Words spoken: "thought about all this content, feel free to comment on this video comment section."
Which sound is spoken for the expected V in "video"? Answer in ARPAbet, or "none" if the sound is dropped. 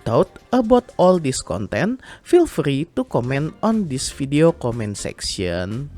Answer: F